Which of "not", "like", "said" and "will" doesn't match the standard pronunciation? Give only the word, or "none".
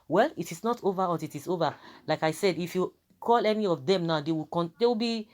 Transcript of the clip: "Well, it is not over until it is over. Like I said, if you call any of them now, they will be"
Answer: will